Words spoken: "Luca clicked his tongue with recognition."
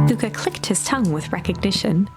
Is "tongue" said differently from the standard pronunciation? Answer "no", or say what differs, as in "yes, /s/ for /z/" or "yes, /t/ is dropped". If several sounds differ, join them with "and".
no